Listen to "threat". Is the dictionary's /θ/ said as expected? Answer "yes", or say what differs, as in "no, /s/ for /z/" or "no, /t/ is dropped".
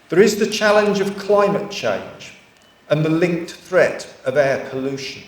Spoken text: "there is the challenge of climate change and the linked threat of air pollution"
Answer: yes